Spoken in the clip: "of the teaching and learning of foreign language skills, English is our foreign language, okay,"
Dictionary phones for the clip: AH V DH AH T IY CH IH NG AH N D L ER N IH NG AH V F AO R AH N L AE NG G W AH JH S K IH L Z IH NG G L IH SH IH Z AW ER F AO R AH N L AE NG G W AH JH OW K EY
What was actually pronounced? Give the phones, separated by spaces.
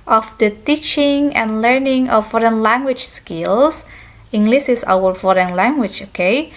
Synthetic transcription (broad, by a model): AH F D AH T IY CH IH NG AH N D L ER N IH NG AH F AO R AH N L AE NG G W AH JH S K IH L S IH NG G L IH S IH S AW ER F AO R AH N L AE NG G W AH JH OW K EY